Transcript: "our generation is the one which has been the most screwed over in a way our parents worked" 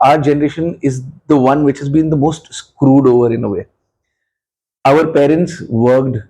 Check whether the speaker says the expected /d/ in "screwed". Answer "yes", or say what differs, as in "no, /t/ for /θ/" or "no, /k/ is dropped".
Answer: yes